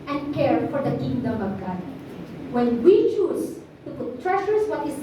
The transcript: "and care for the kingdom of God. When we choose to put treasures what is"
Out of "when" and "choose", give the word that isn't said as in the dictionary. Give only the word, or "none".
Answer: choose